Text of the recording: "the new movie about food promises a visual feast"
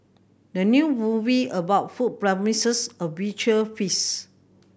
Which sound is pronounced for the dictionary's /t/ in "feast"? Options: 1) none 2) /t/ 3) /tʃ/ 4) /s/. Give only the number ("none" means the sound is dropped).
1